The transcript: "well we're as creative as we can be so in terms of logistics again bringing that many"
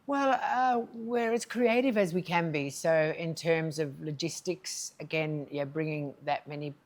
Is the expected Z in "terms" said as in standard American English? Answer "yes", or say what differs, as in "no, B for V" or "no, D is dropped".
yes